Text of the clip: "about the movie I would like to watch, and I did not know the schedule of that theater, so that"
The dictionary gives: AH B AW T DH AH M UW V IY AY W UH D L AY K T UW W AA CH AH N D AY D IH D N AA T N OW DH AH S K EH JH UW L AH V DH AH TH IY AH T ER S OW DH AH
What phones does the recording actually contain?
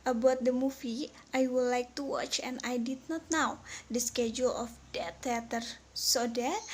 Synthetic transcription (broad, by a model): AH B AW T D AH M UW F IY AY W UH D L AY K T UW W AA CH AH N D AY D IH D N AA T N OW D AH S K EH JH UW L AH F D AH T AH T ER S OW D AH